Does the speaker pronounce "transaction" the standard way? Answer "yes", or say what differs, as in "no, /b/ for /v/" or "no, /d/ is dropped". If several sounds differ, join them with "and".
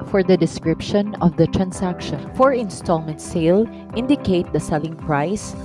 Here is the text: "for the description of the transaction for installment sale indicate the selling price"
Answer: no, /s/ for /z/